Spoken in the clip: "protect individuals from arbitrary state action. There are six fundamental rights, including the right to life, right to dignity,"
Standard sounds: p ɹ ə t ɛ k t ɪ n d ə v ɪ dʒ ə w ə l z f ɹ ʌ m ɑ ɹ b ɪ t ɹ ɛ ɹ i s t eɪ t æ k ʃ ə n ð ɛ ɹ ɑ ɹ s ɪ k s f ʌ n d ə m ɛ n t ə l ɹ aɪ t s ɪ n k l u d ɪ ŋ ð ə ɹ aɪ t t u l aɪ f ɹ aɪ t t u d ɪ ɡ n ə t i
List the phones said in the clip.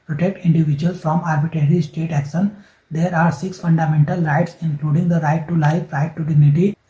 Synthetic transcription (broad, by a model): p ɹ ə t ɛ k t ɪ n d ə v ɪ dʒ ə ə l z f ɹ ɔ m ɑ ɹ b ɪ t ɹ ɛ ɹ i s t eɪ t æ k ʃ ə n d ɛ ɹ ɑ ɹ s ɪ k s f ʌ n d ə m ɛ n t ə l ɹ aɪ t s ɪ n k l u d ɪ ŋ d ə ɹ aɪ t t u l aɪ f ɹ aɪ t t u d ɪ ɡ n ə t i